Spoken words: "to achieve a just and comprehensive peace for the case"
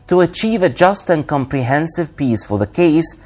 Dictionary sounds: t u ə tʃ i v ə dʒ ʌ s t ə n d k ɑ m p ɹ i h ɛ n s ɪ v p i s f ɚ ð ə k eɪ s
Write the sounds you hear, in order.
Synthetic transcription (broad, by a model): t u ə tʃ i v ə dʒ ʌ s t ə n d k ɑ m p ɹ i h ɛ n s ɪ v p i s f ɚ ð ə k eɪ s